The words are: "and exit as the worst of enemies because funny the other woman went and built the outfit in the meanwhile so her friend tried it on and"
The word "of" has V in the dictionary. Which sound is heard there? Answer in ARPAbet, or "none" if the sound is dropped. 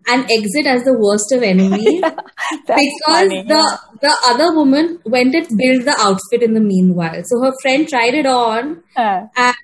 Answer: V